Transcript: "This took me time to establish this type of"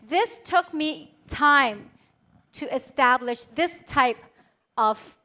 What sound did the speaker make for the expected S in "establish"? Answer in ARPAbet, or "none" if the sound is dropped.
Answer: S